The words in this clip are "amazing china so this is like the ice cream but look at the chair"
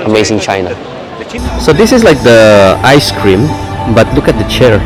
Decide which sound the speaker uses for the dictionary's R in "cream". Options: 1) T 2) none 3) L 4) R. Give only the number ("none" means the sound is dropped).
4